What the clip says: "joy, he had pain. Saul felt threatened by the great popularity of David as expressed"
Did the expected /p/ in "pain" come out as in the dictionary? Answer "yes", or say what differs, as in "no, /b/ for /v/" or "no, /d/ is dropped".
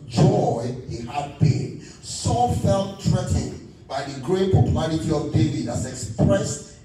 no, /b/ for /p/